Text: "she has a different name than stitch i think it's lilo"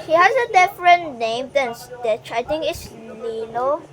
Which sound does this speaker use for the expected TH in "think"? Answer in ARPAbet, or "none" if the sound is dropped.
T